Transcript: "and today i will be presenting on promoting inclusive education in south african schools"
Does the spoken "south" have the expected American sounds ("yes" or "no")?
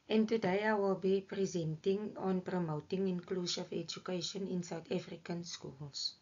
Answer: no